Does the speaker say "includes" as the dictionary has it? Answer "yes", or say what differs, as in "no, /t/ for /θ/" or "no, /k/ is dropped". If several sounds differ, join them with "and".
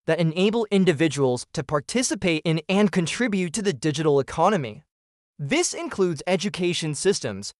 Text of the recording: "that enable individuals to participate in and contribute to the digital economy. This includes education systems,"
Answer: yes